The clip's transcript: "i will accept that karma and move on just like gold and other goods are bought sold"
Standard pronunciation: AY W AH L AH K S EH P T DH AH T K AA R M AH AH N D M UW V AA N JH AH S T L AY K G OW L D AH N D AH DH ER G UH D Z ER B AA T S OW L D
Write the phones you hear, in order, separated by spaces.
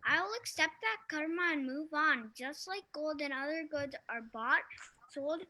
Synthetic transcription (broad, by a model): AY W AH L AH K S EH P T DH AH T K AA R M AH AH N M UW V N JH AH S T L AY K G OW L D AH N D AH DH ER G UH D Z ER B AA T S OW L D